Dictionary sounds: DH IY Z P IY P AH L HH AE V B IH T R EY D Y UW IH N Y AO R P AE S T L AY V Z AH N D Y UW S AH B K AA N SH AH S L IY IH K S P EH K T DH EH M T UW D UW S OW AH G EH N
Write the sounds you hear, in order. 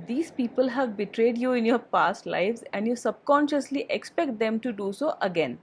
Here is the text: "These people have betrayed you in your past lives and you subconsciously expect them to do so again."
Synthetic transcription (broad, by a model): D IY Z P IY P AH L HH AE V B IH T R EY D Y UW IH N Y AO R P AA S T L AY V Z AH N D Y UW S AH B K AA N SH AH S L IY IH K S P EH K T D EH M T UW D UW S OW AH G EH N